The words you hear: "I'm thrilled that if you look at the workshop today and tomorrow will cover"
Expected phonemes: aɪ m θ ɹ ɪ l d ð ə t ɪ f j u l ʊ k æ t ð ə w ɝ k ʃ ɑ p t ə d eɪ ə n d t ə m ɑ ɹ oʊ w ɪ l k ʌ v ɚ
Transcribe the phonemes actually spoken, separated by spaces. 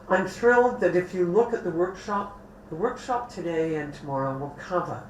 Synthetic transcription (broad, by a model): aɪ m θ ɹ ɪ l d ð ə t ɪ f j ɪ l ʊ k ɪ t ð ə w ɝ k ʃ ɑ p t ə d eɪ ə n t ə m ɑ ɹ oʊ w ɪ l k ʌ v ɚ